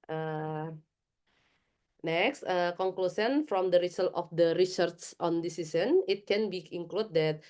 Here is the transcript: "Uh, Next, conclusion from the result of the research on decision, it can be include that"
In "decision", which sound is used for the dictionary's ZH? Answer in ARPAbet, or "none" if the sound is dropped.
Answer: S